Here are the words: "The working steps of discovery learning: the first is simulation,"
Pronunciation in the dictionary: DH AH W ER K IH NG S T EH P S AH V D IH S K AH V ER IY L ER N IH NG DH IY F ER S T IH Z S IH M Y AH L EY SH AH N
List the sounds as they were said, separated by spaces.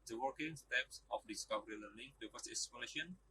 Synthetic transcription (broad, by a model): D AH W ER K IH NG S T EH P S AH F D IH S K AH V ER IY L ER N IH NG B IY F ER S IH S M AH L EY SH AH N